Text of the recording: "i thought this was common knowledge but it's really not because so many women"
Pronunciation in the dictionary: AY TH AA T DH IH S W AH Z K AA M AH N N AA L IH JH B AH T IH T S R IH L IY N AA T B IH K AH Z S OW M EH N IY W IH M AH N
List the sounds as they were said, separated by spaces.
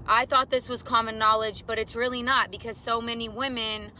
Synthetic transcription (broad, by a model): AY TH AA T DH IH S W AH Z K AA M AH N N AA L IH JH B AH T IH T S R IH L IY N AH T B IH K AH Z S OW M EH N IY W IH M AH N